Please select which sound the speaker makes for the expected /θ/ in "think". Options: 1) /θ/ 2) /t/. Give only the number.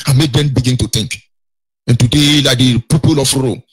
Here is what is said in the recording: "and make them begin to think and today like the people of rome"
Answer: 2